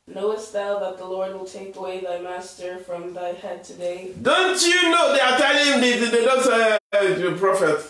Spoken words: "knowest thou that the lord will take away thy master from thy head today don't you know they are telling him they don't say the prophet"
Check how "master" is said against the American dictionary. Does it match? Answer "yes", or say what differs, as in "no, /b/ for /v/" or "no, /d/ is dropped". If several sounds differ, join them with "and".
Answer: yes